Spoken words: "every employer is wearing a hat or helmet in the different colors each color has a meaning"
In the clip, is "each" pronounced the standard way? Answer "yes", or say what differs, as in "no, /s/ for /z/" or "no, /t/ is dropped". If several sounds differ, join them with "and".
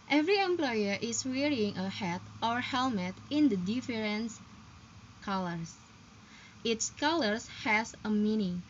no, /s/ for /tʃ/